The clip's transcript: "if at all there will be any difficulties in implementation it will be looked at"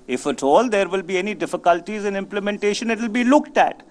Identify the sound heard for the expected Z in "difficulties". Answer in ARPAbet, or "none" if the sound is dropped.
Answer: Z